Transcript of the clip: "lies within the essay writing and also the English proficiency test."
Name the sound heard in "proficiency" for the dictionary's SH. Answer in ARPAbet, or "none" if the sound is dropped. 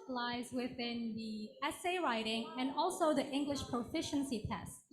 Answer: SH